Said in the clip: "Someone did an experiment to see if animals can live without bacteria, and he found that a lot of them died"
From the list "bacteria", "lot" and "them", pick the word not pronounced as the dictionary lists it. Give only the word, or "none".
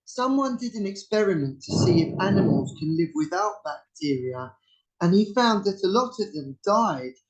none